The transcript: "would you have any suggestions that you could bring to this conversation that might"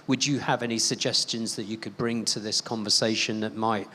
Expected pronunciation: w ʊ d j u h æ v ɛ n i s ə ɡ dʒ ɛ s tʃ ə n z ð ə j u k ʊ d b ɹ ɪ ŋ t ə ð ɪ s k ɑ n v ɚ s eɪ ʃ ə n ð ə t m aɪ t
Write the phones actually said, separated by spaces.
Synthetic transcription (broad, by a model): w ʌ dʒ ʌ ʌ v ɛ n i s ə ɡ dʒ ɛ s tʃ ə n z ð ə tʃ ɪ k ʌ d b ɹ ɪ ŋ t ə ð ɪ s k ɑ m v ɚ s eɪ ʃ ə n ð ə t m aɪ t